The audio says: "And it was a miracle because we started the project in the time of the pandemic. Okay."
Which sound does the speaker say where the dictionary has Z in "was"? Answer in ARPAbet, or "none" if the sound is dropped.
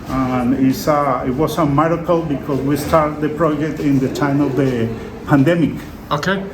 S